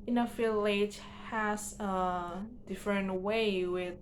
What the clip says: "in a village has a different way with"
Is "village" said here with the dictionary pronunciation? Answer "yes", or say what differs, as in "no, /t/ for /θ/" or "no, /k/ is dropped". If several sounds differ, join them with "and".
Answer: no, /f/ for /v/